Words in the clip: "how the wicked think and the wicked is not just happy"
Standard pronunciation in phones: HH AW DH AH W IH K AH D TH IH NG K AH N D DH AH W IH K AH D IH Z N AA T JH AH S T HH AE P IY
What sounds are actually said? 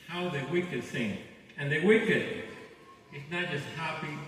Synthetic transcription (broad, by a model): HH AW DH AH W IH K AH D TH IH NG AH N DH AH W IH K AH D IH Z N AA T JH AH S T HH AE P IY